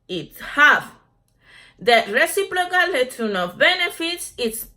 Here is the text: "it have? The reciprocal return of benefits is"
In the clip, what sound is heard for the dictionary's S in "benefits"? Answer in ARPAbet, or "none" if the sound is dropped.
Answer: S